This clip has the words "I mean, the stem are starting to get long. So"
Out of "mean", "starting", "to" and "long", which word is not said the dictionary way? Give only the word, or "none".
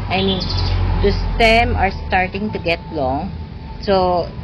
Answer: none